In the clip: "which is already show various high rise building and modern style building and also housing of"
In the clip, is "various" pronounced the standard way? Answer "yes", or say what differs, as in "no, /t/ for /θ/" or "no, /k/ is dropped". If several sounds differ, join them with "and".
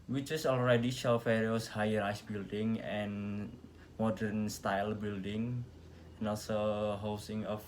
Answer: no, /f/ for /v/